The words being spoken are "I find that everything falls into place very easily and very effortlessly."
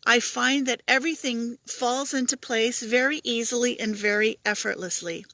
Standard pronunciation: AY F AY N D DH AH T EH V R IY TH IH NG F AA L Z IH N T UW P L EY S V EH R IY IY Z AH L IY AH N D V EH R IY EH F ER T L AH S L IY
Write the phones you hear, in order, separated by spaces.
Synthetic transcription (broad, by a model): AY F AY N DH AH T EH V R IY TH IH NG F AA L Z IH N T UW P L EY S V EH R IY IY Z L IY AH N V EH R IY EH F ER T L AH S L IY